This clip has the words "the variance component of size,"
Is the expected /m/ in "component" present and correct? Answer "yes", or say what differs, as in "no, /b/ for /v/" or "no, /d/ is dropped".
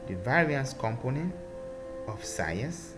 yes